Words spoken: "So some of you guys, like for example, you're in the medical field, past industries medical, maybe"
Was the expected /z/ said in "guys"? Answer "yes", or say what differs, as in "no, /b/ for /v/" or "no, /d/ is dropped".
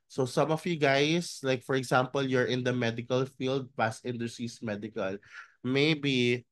no, /s/ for /z/